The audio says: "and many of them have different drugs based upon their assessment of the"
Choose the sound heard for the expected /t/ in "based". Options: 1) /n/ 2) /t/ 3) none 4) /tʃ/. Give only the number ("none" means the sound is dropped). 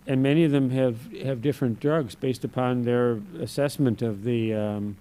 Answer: 2